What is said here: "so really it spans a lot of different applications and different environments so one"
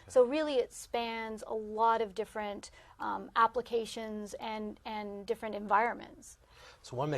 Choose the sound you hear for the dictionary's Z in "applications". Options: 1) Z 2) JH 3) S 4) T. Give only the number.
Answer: 1